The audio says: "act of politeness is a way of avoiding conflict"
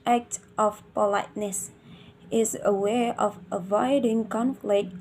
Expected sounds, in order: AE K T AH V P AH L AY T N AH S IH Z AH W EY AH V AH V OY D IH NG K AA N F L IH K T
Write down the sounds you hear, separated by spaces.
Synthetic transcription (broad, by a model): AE K T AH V P AH L AY T N AH S IH Z AH W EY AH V AH V OY D IH NG K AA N F L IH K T